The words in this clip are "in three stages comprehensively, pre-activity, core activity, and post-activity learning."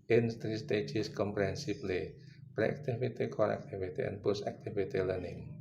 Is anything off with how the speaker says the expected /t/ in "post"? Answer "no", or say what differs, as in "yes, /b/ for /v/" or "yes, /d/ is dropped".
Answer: yes, /t/ is dropped